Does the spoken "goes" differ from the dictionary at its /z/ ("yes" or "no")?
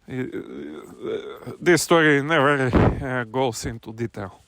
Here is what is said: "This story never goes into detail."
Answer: yes